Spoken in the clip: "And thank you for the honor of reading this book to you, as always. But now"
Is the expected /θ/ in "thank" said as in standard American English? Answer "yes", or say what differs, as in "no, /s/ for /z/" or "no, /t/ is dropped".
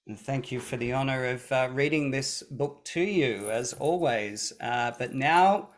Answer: yes